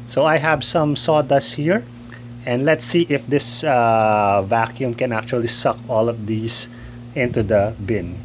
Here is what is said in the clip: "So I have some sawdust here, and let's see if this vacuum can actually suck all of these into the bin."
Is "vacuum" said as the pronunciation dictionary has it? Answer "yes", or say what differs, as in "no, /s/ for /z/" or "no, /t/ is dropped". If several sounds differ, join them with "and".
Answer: yes